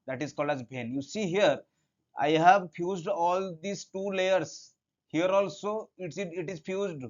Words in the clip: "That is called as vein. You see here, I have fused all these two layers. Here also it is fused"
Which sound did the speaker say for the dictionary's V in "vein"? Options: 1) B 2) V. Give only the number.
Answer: 1